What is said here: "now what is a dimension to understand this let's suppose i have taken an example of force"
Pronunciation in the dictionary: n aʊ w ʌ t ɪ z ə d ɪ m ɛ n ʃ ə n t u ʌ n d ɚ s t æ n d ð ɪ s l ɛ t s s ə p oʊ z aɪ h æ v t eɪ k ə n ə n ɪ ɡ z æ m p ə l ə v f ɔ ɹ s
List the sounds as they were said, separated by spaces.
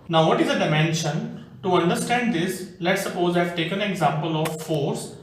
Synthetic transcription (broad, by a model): n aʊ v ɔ t ɪ z ə d ɪ m ɛ n ʃ ə n t u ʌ n d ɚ s t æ n d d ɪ s l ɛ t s s ə p oʊ z aɪ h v t eɪ k ə n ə ɡ z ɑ m p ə l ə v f ɔ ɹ s